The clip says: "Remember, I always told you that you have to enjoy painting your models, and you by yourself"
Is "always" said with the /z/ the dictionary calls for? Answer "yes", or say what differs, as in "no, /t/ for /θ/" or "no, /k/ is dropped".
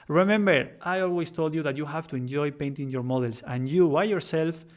no, /s/ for /z/